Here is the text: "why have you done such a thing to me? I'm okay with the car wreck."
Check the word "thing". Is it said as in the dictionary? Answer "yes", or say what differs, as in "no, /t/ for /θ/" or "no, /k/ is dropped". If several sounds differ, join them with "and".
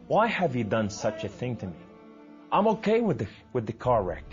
yes